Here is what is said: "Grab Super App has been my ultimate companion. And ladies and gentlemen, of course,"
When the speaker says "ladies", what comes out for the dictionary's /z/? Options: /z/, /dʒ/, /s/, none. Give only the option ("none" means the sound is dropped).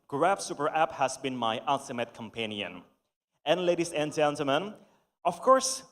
/s/